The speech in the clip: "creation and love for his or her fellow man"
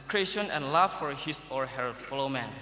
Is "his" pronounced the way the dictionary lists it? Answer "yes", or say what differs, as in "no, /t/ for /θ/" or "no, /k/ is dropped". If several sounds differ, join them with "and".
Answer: no, /s/ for /z/